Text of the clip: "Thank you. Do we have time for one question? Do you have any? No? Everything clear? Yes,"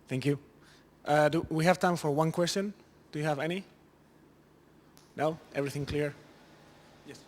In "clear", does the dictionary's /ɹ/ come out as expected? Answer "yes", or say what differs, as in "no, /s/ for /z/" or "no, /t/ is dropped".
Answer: yes